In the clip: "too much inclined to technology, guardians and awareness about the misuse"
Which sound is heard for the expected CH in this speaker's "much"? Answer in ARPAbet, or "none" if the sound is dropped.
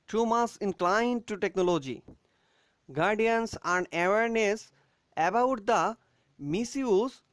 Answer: S